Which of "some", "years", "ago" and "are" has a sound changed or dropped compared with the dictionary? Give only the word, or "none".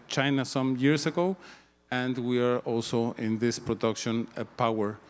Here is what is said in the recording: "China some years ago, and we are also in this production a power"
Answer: years